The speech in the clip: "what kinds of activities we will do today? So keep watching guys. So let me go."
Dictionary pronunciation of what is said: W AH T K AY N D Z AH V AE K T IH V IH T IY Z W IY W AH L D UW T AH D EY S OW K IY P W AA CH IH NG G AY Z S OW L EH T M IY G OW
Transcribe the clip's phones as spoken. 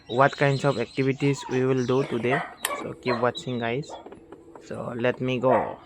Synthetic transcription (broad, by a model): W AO T K AY N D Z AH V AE K T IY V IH T IY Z W IY W AH L D UW T AH D EY S OW K IY P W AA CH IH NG G AY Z S OW L EH T M IY G OW